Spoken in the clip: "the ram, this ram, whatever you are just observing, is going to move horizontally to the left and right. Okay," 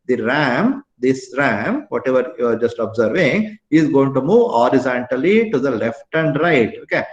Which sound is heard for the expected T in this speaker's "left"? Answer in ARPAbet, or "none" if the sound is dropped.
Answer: T